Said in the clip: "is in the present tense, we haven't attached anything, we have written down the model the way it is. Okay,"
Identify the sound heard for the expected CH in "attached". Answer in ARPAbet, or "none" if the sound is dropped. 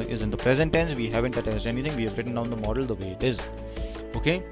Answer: S